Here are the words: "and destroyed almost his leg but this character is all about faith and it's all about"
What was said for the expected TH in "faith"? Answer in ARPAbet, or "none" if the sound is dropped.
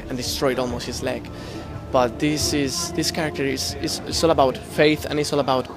TH